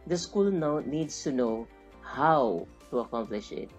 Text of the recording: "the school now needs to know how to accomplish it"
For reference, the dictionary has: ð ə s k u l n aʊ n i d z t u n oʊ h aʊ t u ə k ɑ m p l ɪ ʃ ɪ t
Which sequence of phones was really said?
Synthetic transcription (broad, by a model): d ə s k u l n aʊ n i d s t u n oʊ h aʊ t u ə k ɑ m p l ɪ ʃ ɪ t